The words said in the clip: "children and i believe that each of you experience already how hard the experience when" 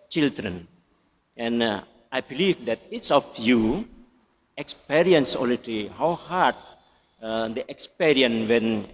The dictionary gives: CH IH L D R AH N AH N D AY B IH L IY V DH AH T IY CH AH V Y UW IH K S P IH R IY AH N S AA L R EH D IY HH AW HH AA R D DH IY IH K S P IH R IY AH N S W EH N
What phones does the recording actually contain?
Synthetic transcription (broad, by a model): CH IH L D R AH N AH N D AY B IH L IY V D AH T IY S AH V Y UW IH K S P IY R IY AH N S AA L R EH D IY HH AW HH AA R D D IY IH K S P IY R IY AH N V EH N